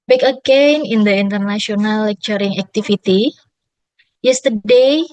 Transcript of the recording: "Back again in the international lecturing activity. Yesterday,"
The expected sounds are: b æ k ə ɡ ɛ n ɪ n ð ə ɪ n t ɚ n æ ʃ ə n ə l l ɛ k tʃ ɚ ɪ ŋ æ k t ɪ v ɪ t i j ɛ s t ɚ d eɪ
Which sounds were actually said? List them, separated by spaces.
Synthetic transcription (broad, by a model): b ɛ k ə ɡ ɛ n ɪ n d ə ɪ n t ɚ n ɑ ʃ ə n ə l l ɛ k tʃ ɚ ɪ ŋ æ k t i f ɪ t i j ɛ s t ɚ d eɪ